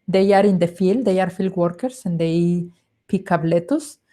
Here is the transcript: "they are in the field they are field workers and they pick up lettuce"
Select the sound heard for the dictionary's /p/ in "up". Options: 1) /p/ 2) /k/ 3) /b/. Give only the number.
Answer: 3